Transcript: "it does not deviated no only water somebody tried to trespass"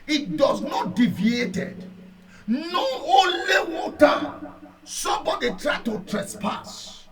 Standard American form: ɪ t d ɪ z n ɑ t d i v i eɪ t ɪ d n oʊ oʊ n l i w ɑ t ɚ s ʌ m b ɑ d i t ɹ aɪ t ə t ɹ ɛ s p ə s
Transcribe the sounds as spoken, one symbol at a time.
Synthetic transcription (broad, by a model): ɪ t d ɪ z n ɑ t d i v i eɪ t ɪ d n oʊ oʊ n l i w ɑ t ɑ s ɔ m b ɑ d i t ɹ aɪ t ə t ɹ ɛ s p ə s